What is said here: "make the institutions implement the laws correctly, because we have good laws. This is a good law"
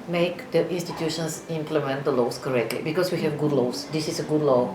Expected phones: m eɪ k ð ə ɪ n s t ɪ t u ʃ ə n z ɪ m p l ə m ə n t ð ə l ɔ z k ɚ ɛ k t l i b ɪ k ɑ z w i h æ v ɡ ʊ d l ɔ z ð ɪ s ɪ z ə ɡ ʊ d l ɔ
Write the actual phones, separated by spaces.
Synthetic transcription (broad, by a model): m eɪ k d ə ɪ n s t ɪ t u ʃ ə n s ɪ m p l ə m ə n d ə l ɔ s k ɚ ɛ k t l i b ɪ k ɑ s w i h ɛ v ɡ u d l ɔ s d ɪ s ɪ s ə ɡ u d l ɔ